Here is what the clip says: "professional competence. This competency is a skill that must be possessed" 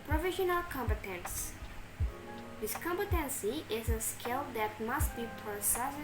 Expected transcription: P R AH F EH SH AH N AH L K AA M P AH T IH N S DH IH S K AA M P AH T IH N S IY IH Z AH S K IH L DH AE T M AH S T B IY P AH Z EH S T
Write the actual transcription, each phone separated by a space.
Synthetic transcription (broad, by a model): P R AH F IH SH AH N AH L K AA M P AH T IH N S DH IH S K AA M P AH T IH N S IY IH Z AH S K IH L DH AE T M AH S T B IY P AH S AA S